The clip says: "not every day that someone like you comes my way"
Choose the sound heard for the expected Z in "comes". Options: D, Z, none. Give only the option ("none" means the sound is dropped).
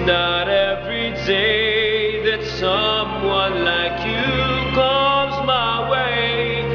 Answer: Z